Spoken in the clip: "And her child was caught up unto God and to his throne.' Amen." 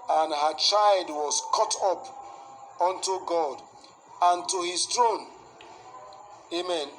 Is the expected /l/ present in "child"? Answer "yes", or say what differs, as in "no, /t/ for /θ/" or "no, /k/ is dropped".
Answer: yes